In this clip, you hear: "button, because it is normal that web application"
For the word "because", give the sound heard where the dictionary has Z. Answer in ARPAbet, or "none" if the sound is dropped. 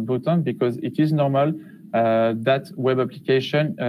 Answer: Z